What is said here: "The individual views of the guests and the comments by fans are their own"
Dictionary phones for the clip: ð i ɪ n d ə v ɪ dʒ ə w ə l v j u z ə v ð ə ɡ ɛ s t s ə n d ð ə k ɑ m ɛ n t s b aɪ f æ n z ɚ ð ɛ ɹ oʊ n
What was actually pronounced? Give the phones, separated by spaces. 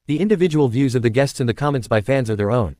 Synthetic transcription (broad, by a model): ð i ɪ n d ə v ɪ dʒ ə w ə l v j u z ə v ð ə ɡ ɛ s t s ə n ð ə k ɑ m ɛ n t s b aɪ f æ n z ɚ ð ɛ ɹ oʊ n